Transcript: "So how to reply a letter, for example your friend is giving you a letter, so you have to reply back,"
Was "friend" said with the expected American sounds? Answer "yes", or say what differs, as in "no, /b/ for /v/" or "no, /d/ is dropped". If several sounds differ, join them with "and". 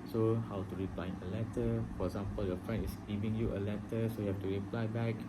no, /d/ is dropped